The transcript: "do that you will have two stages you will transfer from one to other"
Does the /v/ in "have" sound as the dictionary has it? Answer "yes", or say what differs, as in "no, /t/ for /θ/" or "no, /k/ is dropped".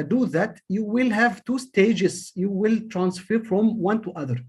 yes